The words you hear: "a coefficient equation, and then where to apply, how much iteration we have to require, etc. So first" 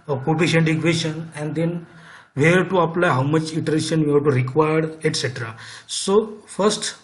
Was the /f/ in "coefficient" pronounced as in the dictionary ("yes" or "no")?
no